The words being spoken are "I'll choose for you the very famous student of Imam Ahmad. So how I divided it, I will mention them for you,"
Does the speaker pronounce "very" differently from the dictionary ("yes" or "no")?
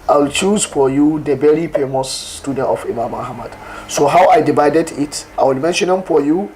yes